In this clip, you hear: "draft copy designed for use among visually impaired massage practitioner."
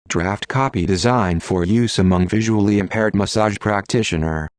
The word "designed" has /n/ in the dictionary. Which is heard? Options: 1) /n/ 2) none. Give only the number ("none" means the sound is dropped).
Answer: 1